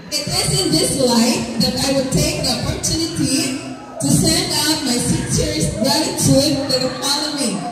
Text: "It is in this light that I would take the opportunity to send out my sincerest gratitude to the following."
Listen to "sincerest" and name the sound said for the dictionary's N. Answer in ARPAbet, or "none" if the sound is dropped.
none